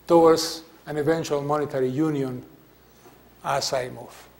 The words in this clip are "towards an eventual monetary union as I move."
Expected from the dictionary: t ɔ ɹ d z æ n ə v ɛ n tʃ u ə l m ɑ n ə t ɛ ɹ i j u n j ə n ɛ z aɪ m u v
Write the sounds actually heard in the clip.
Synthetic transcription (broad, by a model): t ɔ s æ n ə v ɛ n tʃ u ə l m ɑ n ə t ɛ ɹ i j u n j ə n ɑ s aɪ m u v